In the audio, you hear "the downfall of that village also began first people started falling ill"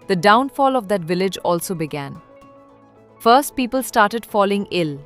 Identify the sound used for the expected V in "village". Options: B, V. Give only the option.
V